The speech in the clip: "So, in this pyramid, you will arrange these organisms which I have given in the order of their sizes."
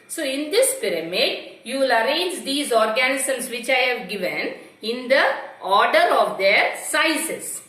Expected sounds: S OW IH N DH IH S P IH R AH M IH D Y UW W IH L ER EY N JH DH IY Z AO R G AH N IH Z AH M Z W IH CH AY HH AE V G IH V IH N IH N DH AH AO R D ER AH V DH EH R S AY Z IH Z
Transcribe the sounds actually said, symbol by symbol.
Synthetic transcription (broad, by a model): S OW IH N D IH S P IH R AH M IH D Y UW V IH L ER EY N JH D IY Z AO R G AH N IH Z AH M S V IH CH AY HH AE V G IH V IH N IH N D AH AO R D ER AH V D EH R S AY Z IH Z